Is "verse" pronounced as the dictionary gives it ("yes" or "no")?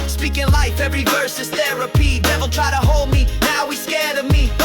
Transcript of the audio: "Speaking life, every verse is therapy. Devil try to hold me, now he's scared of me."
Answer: yes